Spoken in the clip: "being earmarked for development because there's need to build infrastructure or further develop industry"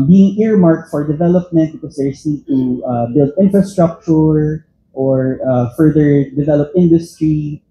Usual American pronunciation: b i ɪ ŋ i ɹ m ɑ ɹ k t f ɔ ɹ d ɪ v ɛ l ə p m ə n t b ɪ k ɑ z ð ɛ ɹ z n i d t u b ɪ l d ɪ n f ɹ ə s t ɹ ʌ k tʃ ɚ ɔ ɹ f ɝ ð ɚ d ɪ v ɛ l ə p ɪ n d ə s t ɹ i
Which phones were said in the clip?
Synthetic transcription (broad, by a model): b i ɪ ŋ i ɹ m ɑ ɹ k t f ɔ ɹ d ɪ v ɛ l ə p m ə n t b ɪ k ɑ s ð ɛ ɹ s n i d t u b ɪ l d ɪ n f ɹ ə s t ɹ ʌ k tʃ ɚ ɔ ɹ f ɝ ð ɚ d ɪ v ɛ l ə p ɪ n d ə s t ɹ i